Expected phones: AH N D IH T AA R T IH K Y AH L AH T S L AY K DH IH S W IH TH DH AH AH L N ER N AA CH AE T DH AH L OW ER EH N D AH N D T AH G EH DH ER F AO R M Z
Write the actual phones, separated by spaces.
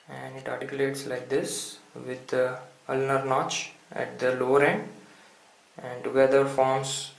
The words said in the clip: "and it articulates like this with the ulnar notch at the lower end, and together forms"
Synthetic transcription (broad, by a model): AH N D IH T AA R T IH K Y AH L AH T S L AY K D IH S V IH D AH AH L N ER N AA CH AE T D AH L OW ER EH N D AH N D T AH G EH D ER F AO R M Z